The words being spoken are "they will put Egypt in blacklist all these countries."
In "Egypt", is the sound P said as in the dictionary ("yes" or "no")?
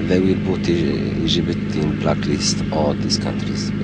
no